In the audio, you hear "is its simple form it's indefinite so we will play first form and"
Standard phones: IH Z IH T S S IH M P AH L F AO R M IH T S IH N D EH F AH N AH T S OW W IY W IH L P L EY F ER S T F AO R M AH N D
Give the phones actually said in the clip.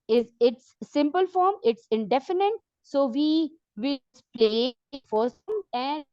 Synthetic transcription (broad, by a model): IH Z IH T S S IH M P AH L F AO R M IH T S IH N D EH F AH N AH T S OW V IY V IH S P L EY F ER T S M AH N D